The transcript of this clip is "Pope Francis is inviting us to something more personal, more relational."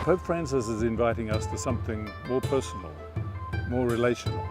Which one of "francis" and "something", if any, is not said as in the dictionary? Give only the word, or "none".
none